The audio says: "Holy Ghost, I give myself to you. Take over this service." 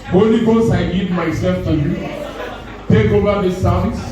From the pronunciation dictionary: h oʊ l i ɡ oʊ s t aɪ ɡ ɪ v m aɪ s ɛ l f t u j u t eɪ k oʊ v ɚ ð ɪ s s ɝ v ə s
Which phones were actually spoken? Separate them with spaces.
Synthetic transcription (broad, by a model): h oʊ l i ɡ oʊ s aɪ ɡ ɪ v m aɪ s ɛ l f t u j u t eɪ k oʊ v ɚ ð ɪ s s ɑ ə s